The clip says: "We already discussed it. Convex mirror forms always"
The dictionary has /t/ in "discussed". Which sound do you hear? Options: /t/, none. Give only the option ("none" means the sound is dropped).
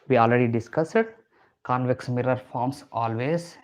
none